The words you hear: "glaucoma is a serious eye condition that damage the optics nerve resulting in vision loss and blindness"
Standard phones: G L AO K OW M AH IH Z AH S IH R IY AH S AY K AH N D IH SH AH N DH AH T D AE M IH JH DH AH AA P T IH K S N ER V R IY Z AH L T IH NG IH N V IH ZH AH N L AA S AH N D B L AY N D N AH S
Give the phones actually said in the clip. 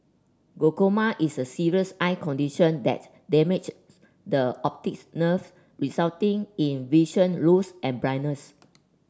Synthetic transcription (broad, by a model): G AO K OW M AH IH S AH S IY R IY AH S AY K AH N D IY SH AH N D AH T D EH M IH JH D AH AA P T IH K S N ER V R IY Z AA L T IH NG IH N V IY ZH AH N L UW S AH N B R AY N N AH S